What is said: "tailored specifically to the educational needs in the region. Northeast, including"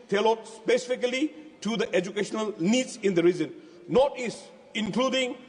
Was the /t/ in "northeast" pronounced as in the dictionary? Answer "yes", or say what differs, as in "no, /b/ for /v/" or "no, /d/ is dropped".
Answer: no, /t/ is dropped